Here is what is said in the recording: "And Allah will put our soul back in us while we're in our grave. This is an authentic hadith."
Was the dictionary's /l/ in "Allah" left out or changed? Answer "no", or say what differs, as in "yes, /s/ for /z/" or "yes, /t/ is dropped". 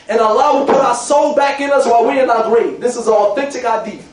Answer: yes, /l/ is dropped